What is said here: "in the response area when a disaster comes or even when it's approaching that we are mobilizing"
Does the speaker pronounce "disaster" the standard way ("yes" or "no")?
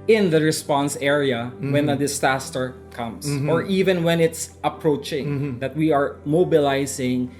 no